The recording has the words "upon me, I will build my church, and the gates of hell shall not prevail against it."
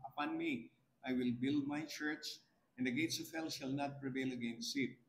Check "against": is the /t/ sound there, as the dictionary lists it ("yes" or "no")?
no